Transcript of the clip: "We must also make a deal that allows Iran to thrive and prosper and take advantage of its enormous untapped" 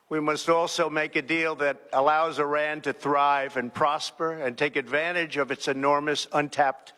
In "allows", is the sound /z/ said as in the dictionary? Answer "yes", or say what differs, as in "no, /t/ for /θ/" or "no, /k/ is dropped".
yes